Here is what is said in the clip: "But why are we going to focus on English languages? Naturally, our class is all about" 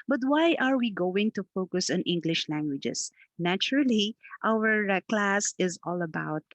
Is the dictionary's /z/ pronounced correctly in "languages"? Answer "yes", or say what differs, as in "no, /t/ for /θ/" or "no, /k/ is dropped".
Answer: no, /s/ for /z/